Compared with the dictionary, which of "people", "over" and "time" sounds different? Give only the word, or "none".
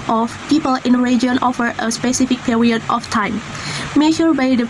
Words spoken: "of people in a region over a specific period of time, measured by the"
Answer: over